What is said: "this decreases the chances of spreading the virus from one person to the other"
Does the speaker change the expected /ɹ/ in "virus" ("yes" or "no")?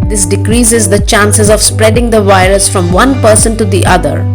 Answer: no